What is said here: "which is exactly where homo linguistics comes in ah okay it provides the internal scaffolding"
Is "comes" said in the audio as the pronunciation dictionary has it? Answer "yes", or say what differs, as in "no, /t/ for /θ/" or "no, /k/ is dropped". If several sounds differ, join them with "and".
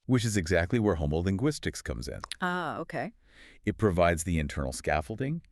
yes